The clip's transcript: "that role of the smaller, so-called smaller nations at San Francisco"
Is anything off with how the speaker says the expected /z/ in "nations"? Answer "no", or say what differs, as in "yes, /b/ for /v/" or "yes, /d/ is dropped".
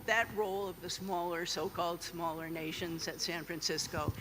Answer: no